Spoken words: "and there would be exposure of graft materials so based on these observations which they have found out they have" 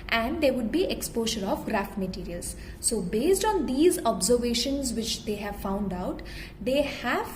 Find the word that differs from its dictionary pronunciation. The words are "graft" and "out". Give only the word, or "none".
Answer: none